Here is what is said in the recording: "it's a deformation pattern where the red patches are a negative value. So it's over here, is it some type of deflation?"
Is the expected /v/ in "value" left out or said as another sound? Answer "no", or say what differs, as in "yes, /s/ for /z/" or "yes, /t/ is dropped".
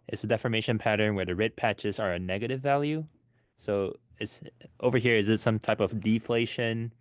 no